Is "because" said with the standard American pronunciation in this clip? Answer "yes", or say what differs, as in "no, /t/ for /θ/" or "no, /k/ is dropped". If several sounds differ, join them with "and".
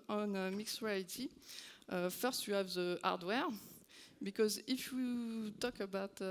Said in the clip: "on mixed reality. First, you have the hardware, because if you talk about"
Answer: yes